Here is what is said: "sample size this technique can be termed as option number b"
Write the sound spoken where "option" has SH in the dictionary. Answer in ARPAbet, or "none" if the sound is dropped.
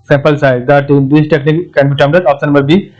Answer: S